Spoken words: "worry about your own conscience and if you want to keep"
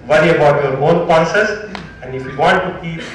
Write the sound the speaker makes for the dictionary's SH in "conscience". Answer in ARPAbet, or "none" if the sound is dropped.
S